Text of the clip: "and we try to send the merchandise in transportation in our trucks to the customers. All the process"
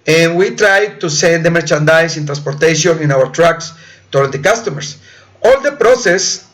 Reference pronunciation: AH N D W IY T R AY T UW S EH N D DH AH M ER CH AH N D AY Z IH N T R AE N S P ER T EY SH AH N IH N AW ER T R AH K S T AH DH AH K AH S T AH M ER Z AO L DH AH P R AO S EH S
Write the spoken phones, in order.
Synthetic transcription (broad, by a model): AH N W IY T R AY T UW S EH N D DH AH M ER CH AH N D AY S IH N T R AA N S P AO T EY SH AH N IH N AW ER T R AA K S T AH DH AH K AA S T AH M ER S AO L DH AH P R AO S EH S